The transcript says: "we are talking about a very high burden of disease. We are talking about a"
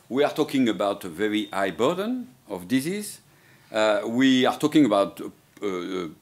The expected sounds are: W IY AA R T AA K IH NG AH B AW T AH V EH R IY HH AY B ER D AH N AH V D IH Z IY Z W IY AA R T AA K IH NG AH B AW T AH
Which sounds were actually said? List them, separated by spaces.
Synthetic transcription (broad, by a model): W IY AA R T AA K IH NG AH B AW T AH V EH R IY AY B ER D AH N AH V D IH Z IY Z W IY AA R T AA K IH NG AH B AW T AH